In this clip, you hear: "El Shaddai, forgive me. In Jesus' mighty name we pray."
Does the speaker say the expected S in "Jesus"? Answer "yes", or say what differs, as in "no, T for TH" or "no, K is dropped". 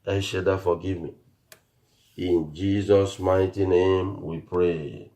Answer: yes